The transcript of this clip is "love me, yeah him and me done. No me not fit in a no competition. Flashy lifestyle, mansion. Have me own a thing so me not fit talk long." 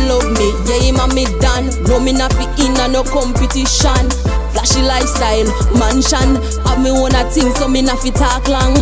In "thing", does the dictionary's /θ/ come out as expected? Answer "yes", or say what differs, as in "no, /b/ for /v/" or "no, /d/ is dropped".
no, /s/ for /θ/